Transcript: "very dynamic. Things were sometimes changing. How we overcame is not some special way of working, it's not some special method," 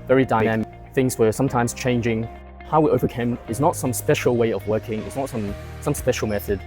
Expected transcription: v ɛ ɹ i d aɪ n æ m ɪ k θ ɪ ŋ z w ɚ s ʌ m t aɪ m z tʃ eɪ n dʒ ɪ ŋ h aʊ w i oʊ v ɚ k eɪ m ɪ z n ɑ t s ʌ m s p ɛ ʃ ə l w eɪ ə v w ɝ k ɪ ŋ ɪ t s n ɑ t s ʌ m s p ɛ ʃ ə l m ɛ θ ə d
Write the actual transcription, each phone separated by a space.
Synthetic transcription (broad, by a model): v ɛ ɹ i d aɪ n æ m ɪ k θ ɪ ŋ z w ɚ s ʌ m t aɪ m z tʃ eɪ n dʒ ɪ ŋ h aʊ w i oʊ v ɚ k eɪ m ɪ z n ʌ t s ʌ m s p ɛ ʃ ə l w eɪ ə v w ɝ k ɪ ŋ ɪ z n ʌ t s ʌ m s p ɛ ʃ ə l m ɛ θ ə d